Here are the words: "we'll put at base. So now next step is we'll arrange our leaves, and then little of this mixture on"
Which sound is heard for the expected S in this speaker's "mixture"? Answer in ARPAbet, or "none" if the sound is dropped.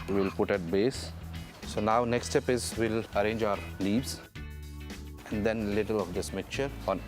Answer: none